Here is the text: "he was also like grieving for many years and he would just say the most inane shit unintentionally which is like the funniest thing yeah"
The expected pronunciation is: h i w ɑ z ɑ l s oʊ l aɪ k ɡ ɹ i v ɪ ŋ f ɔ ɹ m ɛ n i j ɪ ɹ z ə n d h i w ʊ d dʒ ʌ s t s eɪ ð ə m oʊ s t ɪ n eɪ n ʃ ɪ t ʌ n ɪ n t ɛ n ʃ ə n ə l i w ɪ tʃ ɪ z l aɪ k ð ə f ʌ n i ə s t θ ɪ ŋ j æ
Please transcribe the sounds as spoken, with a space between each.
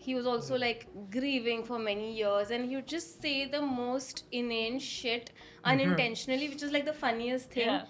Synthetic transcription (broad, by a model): h i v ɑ z ɑ l s oʊ l aɪ k ɡ ɹ i v ɪ ŋ f ɔ ɹ m ɛ n i j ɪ ɹ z ə n d h i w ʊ d dʒ ʌ s t s eɪ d ə m oʊ s t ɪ n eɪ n ʃ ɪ t ʌ n ɪ n t ɛ n ʃ ə n ə l i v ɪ tʃ ɪ z l aɪ k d ə f ʌ n i ə s t t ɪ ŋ